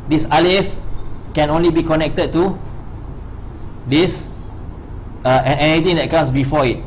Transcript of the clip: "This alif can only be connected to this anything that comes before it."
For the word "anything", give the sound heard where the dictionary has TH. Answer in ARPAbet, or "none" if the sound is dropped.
T